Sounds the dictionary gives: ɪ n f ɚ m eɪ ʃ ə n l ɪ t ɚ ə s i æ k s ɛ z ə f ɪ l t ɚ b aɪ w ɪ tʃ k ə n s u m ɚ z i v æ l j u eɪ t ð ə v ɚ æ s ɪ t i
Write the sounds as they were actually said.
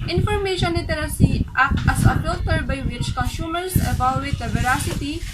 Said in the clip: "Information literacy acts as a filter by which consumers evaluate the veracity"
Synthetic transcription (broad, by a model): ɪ n f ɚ m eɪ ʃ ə n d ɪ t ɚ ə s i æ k ɛ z ə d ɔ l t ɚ b aɪ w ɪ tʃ k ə n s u m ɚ s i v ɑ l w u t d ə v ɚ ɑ s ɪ t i